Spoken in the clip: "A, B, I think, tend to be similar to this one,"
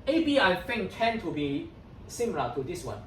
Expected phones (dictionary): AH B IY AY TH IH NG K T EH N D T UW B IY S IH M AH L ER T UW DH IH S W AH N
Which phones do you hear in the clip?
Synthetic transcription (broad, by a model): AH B IY AY F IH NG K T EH N T UW B IY S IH M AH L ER T UW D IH S W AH N